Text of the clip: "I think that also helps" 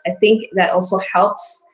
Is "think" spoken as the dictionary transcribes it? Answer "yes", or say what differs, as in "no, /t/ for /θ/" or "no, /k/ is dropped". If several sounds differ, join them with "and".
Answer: yes